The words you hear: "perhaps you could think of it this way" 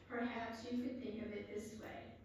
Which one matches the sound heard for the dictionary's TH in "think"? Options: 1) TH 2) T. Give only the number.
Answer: 1